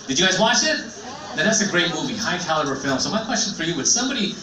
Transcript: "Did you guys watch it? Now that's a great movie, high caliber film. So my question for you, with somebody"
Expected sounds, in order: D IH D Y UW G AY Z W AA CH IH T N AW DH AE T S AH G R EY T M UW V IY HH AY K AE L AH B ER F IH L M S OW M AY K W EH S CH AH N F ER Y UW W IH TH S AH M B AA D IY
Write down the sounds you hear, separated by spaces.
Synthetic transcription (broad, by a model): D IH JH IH G AY Z W AA CH IH T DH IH DH AE T S AH G R EY T M UW V IY HH AY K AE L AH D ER F IH L M S OW M AY K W EH S CH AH N F ER Y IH W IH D S AH M B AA D IY